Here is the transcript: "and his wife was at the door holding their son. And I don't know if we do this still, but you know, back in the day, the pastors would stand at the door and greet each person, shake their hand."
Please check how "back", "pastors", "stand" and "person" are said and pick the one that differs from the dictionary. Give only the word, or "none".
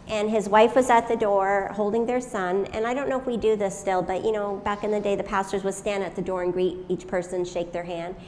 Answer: none